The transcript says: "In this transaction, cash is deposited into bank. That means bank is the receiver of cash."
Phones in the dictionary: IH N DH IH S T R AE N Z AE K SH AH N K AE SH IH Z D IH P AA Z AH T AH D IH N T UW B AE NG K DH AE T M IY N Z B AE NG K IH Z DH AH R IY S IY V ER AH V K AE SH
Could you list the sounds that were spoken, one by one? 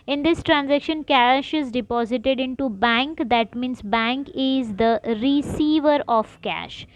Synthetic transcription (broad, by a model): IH N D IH S T R AE N Z AE K SH AH N K AE SH IH Z D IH P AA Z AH T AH D IH N T UW B AE NG K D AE T M IY N S B AE NG K IH Z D AH R IY S IY V ER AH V K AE SH